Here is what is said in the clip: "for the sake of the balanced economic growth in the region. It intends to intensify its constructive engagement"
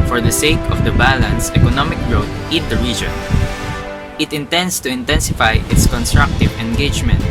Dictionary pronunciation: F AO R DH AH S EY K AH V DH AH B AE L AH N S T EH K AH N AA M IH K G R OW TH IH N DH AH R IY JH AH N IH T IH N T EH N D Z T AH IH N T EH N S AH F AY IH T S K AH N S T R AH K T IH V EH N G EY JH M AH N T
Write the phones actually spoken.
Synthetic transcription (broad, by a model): F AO R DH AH S EY K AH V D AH B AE L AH N S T EH K AH N AA M IH K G R OW T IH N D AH R IY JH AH N IH T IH N T EH N D S T AH IH N T EH N S AH F AY IH T S K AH N S T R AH K T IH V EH N G EY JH M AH N T